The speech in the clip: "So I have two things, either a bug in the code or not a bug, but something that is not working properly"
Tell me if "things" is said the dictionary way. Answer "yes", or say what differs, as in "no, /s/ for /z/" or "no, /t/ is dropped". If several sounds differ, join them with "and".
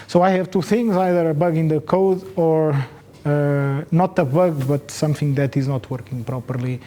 yes